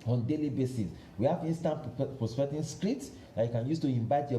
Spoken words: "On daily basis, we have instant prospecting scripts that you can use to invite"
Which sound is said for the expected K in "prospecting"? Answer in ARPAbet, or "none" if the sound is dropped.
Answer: none